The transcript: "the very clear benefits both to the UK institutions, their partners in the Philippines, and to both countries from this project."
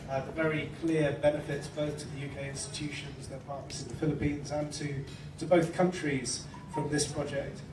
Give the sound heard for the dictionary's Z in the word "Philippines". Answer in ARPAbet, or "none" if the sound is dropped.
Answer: Z